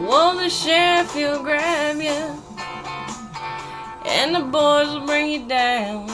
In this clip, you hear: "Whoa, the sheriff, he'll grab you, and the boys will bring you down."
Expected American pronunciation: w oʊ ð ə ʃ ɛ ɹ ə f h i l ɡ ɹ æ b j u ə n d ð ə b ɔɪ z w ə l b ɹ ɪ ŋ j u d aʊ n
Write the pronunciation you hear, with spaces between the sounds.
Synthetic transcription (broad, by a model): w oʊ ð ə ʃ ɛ ɹ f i l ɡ ɹ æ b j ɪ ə n ð ə b ɔɪ z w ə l b ɹ ɪ ŋ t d aʊ n